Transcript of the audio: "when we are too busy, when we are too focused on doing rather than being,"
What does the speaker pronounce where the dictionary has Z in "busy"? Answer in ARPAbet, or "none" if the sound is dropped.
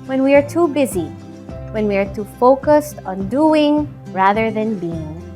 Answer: Z